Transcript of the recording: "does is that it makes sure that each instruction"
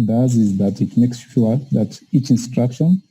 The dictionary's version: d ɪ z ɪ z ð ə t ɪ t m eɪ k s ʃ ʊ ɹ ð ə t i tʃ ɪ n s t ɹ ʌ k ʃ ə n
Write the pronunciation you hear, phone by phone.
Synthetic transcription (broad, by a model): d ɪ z ɪ z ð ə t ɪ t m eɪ k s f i l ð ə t i tʃ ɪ n s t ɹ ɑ k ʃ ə n